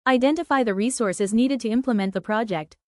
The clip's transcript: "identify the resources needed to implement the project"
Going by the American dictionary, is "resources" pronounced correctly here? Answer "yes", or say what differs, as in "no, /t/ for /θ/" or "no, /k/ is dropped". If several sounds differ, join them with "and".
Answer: yes